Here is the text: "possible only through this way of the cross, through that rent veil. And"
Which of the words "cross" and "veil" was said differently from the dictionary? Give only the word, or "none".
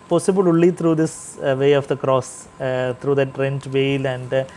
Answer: none